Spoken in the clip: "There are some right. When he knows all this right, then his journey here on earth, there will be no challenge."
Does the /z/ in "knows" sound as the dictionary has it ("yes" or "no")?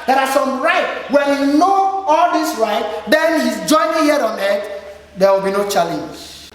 no